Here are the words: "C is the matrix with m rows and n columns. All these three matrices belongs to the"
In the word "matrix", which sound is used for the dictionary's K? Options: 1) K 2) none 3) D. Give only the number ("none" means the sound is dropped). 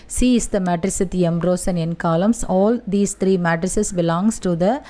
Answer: 2